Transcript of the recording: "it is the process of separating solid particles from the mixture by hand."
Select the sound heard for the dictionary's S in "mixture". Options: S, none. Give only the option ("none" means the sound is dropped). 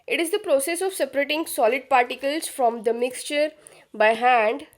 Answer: S